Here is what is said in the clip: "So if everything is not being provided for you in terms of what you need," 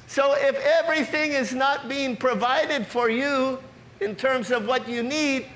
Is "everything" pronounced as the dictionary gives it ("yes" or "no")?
yes